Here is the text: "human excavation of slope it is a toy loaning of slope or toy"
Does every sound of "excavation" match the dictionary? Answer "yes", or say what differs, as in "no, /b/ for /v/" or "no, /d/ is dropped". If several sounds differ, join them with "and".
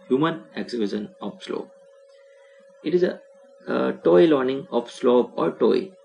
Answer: no, /k/ is dropped and /b/ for /v/